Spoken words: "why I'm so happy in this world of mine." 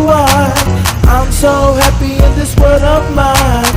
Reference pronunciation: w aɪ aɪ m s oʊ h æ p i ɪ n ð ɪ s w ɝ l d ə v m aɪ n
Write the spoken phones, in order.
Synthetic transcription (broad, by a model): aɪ aɪ m s oʊ h æ p i ɪ n ð ɪ s w ɝ d ə v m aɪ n